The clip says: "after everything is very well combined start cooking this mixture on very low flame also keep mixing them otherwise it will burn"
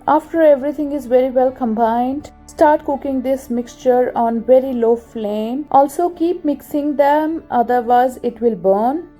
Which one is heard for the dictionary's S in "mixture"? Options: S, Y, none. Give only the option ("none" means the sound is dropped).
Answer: S